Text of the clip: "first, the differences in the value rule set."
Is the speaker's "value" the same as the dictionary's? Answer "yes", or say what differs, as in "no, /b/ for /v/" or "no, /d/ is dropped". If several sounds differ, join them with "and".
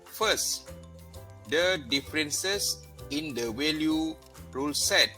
no, /w/ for /v/